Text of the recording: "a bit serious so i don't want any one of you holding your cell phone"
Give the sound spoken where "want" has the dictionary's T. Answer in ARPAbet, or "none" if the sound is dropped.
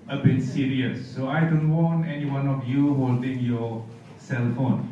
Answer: none